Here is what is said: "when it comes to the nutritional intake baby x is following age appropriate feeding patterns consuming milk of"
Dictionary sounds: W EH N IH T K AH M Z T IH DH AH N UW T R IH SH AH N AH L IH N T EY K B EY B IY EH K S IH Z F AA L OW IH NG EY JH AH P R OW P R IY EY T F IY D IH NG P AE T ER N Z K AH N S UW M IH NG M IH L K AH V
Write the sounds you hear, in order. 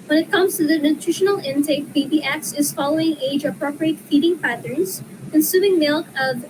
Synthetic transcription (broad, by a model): W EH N IH T K AH M Z T IH DH AH N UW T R IH SH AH N L IH N T EY K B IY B IY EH K S IH Z F AA L OW IH NG EY JH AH P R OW P R IY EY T F IY D IH NG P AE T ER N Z K AH N S UW M IH NG M IH L K AH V